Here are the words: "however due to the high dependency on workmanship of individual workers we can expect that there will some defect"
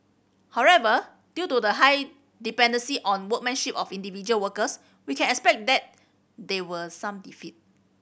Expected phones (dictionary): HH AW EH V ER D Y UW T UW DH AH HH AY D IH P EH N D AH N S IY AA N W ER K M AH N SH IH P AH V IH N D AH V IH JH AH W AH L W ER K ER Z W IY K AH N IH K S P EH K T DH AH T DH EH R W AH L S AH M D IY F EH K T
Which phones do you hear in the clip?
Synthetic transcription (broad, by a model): HH AW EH V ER D Y UW T UW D AH HH AY D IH P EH N D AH N S IY AA N W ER K M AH N SH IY P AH F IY N D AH V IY JH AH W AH L W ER K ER S W IY K AH N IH K S P EH K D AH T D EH W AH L S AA M D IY F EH T